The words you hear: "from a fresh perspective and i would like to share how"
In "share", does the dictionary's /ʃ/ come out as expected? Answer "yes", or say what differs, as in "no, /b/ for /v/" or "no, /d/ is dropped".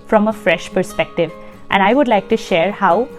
yes